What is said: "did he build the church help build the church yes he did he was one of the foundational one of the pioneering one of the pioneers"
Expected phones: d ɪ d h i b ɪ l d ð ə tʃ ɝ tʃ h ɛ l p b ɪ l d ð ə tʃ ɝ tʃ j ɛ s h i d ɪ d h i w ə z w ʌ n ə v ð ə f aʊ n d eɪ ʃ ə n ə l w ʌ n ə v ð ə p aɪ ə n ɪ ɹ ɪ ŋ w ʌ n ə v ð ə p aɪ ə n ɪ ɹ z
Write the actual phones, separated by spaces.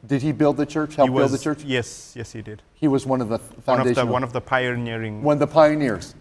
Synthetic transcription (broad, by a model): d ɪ d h i b ɪ l d ð ə tʃ ɝ tʃ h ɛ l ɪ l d ð ə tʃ ɝ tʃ j ɛ s h i d ɪ d h i w ə z w ʌ n ə v ð ə f aʊ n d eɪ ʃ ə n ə w ʌ n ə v ð ə p aɪ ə n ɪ ɹ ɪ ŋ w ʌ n ð ə p aɪ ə n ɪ ɹ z